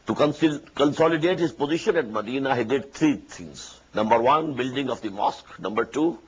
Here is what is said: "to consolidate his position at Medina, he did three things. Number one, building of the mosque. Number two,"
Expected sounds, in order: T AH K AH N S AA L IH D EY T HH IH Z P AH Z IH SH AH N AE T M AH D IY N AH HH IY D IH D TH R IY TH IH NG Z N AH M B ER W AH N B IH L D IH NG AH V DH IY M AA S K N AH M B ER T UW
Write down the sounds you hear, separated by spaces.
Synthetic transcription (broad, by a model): T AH K AH N S AA L IH D EY T HH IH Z P AH Z IH SH AH N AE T M AH D IY N AH HH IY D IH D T R IY T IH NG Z N AH M B ER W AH N B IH L D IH NG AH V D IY M AA S K N AH M B ER T UW